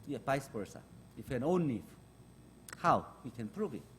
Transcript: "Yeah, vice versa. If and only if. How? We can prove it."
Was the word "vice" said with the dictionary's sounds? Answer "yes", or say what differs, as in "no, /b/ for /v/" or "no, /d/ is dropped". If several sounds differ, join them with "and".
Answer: no, /p/ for /v/